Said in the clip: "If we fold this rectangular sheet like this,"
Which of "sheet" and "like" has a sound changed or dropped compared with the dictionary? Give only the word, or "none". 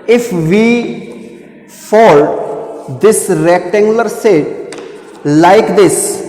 sheet